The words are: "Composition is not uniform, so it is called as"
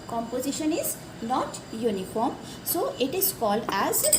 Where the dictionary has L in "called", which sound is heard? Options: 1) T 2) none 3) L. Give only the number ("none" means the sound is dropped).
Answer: 3